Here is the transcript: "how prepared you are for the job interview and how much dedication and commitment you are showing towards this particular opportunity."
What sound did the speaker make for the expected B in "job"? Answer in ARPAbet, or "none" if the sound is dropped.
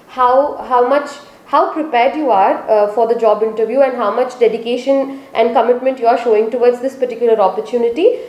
B